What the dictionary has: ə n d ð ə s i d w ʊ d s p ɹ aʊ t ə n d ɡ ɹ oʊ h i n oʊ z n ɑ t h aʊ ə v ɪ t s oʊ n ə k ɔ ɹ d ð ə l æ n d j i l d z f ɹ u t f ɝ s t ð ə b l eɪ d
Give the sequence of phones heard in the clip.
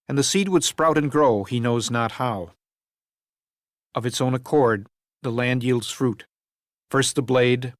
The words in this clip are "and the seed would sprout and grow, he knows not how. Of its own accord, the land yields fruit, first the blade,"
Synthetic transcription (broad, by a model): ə n ð ə s i d w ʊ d s p ɹ aʊ t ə n ɡ ɹ oʊ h i n oʊ z n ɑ t h aʊ ə v ɪ t s oʊ n ə k ɔ ɹ d ð ə l æ n d j i l d z f ɹ u t f ɝ s t ð ə b l eɪ d